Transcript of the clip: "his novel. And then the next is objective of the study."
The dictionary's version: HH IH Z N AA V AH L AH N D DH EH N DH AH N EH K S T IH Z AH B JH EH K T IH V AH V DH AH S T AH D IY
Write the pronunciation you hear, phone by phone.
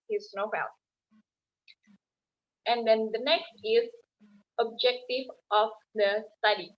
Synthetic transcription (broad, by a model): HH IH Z N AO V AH N AH N D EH N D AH N EH K S T IH Z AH B JH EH K T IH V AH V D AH S T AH D IY